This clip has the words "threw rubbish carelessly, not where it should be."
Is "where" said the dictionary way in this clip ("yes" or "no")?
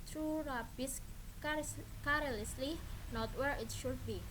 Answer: yes